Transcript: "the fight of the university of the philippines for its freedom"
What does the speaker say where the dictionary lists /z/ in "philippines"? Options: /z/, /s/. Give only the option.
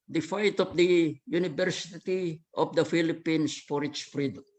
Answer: /s/